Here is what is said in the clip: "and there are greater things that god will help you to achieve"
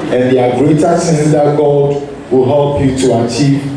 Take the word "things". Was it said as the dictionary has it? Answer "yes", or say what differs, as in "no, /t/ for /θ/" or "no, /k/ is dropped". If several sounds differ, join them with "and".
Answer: no, /s/ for /θ/